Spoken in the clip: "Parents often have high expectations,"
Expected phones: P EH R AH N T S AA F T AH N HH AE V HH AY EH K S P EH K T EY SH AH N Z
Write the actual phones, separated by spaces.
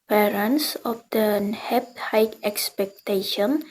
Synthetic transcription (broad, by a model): P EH R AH N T S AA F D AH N HH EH P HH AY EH K S P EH K T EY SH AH N